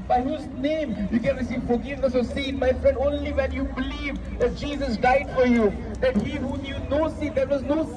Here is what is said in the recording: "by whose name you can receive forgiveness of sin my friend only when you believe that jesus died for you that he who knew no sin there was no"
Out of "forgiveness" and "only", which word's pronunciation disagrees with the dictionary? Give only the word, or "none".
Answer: none